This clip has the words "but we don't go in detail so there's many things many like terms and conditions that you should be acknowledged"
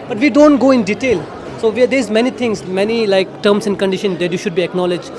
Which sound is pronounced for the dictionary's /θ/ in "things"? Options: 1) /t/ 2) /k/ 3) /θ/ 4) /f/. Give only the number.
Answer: 1